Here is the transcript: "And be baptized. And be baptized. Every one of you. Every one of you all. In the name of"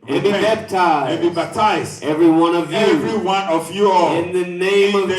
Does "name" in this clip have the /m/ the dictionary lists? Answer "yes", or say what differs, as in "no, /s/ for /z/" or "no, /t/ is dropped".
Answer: no, /m/ is dropped